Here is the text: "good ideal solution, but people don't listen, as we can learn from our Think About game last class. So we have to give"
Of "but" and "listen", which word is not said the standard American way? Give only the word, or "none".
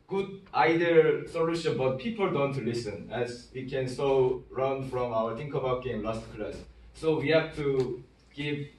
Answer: none